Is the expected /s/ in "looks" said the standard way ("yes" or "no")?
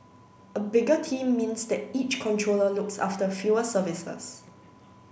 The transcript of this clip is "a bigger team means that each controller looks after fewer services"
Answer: yes